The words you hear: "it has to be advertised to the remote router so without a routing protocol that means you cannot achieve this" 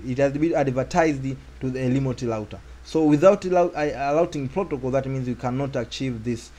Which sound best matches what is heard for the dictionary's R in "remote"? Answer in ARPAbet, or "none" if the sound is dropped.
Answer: L